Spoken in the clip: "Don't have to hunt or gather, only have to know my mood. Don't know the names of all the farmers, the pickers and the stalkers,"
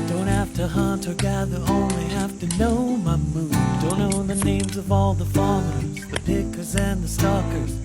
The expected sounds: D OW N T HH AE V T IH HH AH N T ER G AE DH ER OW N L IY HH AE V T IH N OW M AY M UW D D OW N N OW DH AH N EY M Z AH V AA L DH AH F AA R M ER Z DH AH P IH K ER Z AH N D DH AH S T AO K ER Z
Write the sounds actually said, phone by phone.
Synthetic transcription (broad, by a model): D OW N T HH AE F T IH HH AH N T ER G AE DH ER OW N L IY HH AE F T IH N OW M AY M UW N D OW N N OW DH AH N EY M Z AH V AA L DH AH F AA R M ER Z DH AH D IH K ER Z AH N DH AH S T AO K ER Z